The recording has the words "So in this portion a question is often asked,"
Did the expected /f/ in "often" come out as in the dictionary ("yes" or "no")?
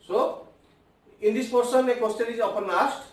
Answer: no